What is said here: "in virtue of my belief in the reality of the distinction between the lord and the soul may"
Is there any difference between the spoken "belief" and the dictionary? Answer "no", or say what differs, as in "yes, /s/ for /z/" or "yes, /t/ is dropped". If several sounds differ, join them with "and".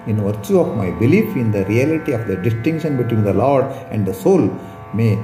no